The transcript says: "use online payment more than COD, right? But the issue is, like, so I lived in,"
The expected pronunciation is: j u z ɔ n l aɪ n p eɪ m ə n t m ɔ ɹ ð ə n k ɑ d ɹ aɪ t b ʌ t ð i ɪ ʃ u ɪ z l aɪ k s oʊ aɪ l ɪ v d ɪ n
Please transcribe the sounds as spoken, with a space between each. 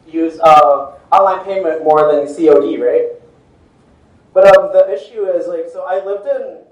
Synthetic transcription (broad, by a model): j u z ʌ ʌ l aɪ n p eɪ m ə n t m ɔ ɹ ð ə n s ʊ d ɹ aɪ t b ʌ t ð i ɪ ʃ u ɪ z l aɪ k s oʊ aɪ l ɪ v d ɪ n